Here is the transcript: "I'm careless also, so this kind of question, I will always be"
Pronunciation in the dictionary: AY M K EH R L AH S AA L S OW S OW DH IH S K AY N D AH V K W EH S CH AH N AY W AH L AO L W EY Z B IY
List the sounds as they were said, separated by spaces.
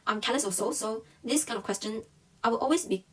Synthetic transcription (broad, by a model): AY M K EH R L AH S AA S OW S OW DH IH S K AY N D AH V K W EH S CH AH N AY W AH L AO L W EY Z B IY